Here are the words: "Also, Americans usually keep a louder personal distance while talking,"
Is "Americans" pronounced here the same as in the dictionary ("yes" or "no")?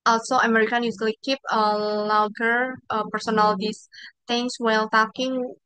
no